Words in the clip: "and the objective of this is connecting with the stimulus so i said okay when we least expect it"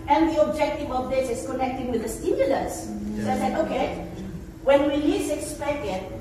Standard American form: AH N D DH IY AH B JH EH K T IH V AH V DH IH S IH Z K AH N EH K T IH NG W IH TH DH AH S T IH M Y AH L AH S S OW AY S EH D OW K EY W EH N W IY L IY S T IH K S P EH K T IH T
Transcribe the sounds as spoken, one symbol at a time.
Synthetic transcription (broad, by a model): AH N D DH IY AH B JH EH K T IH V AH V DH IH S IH S K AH N EH K T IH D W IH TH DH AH S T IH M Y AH L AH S S OW AY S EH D OW K EY W EH N W IY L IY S IH K S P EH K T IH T